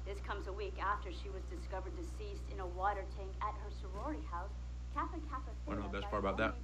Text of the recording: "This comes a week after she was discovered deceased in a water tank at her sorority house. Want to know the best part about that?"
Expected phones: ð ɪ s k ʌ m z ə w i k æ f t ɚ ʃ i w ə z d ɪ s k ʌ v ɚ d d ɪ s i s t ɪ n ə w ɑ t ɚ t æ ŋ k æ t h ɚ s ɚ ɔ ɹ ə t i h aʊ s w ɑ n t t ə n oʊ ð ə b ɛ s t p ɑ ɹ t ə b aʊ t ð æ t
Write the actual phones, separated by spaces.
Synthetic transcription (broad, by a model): ð ɪ s k ʌ m z ə w i k æ f t ɚ ʃ i w ə z d ɪ s k ʌ v ɚ d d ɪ s i s t ɪ n ə w ɑ t ɚ t æ ŋ k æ t h ɚ s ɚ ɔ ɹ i h aʊ s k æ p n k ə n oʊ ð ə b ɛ s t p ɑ ɹ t ə b aʊ t ð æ t